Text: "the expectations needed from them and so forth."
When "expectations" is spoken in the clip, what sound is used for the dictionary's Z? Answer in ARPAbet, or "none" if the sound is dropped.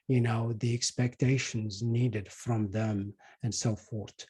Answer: Z